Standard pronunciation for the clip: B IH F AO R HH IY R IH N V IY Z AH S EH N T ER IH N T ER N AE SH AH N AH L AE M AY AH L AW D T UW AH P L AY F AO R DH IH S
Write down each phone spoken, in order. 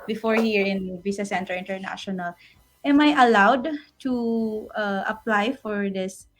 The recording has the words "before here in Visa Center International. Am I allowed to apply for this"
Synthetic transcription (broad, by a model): B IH F AO R HH IY R IH N B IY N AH S EH N T ER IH N T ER N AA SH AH N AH L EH M AY AH L AW D T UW AH P L AY F AO R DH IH S